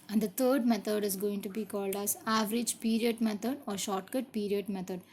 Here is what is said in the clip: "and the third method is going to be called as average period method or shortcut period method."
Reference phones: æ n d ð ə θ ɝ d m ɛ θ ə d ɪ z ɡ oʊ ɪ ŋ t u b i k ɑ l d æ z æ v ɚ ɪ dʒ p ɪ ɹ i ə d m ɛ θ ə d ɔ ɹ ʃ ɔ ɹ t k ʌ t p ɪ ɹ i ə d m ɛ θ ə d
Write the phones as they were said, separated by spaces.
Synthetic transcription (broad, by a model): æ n d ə t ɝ d m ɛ t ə d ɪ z ɡ oʊ ɪ ŋ t u b i k ɑ l d æ z æ v ɚ ɪ dʒ p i ɹ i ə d m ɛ t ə d ɔ ɹ ʃ ɔ ɹ t k ʌ t p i ɹ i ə d m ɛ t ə d